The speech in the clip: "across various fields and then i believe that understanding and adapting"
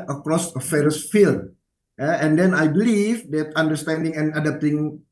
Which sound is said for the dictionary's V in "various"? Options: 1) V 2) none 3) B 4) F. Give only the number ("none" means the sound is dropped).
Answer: 4